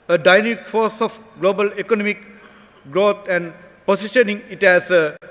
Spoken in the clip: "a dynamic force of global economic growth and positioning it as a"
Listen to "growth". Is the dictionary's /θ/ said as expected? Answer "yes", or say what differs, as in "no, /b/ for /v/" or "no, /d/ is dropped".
no, /t/ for /θ/